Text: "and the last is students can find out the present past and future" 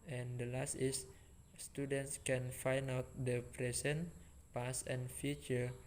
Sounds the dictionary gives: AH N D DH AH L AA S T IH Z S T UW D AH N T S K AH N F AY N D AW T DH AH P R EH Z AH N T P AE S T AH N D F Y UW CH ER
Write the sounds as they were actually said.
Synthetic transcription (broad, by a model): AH N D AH L AA S T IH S S T UW D AH N T S K AH N F AY N AW T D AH P R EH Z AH N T P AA S AH N F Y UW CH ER